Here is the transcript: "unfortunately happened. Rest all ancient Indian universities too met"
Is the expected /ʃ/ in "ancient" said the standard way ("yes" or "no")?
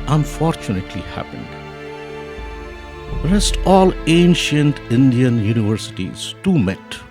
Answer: yes